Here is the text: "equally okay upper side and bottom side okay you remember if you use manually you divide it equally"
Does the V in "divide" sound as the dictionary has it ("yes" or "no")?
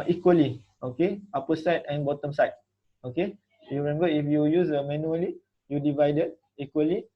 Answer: yes